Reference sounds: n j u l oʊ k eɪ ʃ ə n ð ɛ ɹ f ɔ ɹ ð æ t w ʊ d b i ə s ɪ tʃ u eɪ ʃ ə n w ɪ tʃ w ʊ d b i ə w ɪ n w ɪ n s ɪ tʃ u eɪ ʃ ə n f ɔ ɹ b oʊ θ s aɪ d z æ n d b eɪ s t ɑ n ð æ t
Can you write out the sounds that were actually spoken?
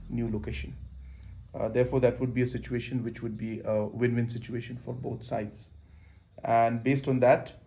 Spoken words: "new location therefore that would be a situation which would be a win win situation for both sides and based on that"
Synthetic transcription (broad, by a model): n j u l oʊ k eɪ ʃ ə n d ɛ ɹ f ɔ ɹ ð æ t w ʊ d b i ə s ɪ tʃ u eɪ ʃ ə n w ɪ tʃ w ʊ d b i ə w ɪ n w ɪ n s ɪ tʃ u eɪ ʃ ə n f ɔ ɹ b oʊ t s aɪ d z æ n d b eɪ s t ɑ n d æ t